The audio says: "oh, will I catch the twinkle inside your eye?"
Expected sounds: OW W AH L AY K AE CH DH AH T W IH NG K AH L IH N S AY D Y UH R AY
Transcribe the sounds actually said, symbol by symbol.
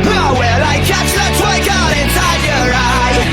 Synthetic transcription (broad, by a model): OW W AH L AY K AE CH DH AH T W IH K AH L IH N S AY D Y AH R AY